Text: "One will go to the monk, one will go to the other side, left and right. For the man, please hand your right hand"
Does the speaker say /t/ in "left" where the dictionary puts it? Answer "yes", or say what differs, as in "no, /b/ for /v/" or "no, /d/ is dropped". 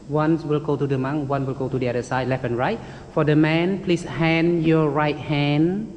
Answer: no, /t/ is dropped